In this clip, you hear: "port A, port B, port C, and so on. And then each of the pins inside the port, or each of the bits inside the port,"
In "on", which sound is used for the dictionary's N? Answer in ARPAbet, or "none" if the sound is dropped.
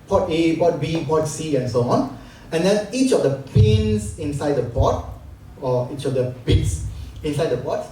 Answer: N